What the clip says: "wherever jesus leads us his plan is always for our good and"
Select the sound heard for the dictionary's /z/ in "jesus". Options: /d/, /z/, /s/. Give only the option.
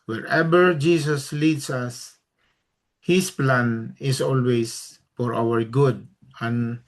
/s/